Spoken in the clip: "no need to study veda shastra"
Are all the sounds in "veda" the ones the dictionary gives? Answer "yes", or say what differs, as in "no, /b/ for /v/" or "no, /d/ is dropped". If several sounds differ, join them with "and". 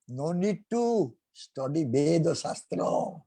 no, /b/ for /v/